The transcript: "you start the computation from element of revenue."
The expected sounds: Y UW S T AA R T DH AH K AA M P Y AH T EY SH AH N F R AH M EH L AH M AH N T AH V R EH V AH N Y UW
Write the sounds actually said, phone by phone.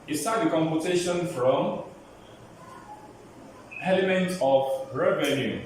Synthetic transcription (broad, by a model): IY S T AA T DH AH K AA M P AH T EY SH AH N F R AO M EH L AH M AH N T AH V R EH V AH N Y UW